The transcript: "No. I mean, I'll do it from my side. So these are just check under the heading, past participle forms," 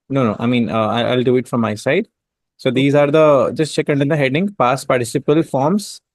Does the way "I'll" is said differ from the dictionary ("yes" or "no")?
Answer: no